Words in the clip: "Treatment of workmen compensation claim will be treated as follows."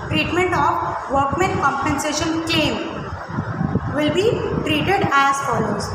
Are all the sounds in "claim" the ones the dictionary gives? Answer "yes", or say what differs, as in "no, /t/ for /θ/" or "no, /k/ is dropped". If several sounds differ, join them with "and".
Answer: no, /l/ is dropped